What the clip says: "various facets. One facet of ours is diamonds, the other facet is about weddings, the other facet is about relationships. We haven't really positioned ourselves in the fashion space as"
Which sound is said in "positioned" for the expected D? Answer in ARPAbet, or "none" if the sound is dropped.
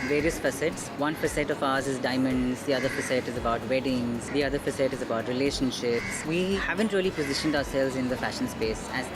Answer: D